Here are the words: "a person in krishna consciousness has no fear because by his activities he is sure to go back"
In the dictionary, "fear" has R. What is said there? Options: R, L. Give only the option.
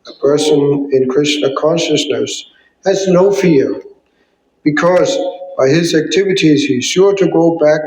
R